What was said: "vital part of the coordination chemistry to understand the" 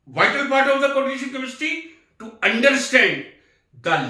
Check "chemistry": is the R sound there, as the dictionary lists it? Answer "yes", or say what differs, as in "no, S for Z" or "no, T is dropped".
no, R is dropped